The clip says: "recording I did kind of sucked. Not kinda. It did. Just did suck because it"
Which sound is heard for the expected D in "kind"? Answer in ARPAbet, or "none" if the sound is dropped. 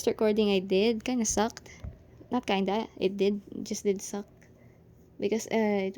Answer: none